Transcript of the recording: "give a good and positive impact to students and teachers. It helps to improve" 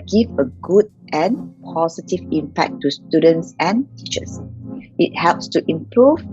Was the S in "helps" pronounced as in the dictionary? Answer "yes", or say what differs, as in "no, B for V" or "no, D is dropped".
yes